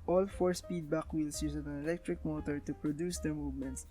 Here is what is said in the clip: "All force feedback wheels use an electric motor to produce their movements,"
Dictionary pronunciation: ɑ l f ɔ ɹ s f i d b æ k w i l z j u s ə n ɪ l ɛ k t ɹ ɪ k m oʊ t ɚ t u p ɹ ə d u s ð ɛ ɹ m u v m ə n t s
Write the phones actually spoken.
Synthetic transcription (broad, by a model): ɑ l f ɔ ɹ s p i d b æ k w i l s j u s ə n ɪ l ɛ k t ɹ ɪ k m oʊ t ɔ t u p ɹ ə d u s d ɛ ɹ m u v m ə n t s